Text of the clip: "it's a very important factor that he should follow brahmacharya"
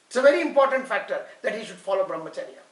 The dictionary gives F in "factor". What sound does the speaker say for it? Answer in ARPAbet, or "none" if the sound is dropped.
F